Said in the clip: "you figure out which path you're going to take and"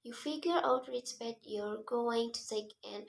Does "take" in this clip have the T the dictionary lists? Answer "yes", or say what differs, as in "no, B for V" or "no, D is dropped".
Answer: no, S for T